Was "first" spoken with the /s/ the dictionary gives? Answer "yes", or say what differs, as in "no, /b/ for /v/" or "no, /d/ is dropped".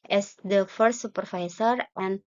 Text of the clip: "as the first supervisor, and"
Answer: no, /s/ is dropped